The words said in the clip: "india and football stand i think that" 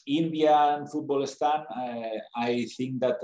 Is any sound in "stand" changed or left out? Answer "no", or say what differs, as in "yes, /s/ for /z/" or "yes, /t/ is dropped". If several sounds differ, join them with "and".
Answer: yes, /d/ is dropped